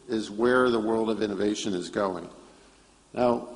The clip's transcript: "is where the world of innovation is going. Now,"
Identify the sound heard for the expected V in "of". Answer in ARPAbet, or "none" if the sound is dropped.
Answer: V